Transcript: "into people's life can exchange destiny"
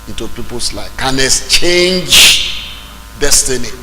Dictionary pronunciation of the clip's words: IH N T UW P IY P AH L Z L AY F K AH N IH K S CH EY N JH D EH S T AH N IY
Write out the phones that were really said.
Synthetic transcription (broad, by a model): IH N T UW P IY P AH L S L AY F K AH N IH S CH EY N JH D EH S T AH N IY